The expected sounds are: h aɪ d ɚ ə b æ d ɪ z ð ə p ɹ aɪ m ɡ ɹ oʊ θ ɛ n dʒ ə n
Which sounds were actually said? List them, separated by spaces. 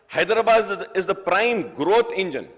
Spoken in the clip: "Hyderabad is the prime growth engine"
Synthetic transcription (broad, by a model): h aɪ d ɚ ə b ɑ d ɪ z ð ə p ɹ aɪ m ɡ ɹ oʊ t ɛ n dʒ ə n